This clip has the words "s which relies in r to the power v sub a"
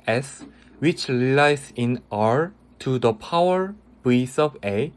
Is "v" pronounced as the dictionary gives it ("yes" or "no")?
no